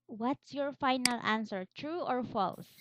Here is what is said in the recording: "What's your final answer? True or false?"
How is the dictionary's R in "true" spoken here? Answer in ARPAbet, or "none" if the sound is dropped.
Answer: R